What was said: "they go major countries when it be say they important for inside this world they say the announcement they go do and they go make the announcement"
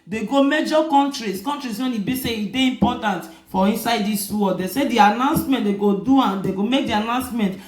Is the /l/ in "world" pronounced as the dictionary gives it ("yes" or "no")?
no